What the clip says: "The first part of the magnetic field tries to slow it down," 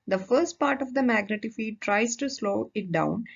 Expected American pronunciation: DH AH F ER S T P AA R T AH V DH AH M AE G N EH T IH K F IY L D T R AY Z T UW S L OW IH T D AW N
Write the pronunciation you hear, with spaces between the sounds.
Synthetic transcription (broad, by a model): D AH F ER S T P AA R T AH V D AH M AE G N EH T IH F IY D T R AY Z T UW S L OW IH T D AW N